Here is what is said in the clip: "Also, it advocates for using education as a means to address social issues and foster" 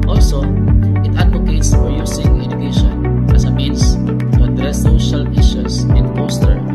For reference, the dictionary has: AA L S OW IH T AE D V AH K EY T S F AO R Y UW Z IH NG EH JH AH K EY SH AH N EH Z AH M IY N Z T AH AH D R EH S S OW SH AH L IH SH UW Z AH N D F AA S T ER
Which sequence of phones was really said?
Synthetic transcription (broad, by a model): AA L S OW IH T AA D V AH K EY T S F AO R Y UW S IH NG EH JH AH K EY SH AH N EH S AH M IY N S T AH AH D R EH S S OW SH AH L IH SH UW S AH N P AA S T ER